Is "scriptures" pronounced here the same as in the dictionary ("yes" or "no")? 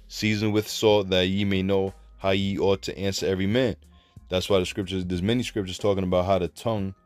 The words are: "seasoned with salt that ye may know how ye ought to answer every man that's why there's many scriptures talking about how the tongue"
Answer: yes